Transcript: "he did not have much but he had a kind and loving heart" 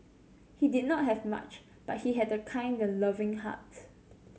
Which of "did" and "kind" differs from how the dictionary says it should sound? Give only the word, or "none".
none